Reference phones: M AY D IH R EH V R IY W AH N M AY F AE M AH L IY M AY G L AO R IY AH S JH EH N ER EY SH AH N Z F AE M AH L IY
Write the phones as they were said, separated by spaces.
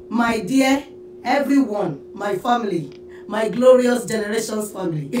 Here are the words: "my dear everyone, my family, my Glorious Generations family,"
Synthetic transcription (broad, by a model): M AY D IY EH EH V R IY W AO N M AY F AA M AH L IY M AY G L AO R IY AH S JH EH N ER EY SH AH N S F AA M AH L IY